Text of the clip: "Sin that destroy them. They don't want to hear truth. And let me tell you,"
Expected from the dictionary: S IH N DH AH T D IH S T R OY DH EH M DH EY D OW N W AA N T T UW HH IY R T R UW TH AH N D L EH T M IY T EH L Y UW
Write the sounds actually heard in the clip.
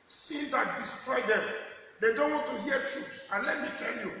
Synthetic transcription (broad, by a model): S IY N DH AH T D IH S T R OY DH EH M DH EY D OW N W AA N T T UW HH IY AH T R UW S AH N L EH T M IY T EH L Y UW